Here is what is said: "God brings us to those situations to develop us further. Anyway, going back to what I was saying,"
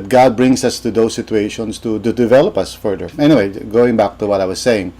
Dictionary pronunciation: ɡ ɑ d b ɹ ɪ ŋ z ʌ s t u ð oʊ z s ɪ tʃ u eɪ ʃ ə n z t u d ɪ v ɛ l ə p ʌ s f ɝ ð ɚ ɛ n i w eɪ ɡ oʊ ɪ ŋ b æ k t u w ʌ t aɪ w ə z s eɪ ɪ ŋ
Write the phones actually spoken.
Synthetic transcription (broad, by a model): ɡ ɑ d b ɹ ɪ ŋ s ʌ s t u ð oʊ s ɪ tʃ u eɪ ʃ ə n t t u d ɪ v ɛ l ə p ʌ s f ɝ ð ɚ ɛ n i w eɪ ɡ oʊ ɪ ŋ b æ k t u w ʌ t aɪ w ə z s eɪ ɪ ŋ